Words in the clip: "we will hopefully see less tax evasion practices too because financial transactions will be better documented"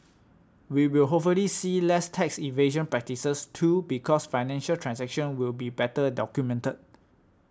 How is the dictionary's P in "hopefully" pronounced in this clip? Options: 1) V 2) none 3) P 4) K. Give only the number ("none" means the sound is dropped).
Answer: 2